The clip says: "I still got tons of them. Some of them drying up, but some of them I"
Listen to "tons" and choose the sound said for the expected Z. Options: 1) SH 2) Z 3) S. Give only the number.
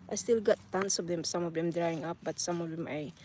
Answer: 3